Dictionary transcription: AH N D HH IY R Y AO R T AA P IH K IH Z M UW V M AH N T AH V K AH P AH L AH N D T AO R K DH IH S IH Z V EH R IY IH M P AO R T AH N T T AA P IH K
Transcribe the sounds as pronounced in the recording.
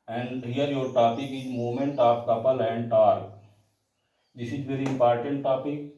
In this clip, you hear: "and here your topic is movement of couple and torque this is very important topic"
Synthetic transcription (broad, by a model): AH N D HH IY R Y AO R T AA P IH K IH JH M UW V M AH N T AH P K AH P AH L AH N D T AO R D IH S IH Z V EH R IY IH M P AO R T AH N T T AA P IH K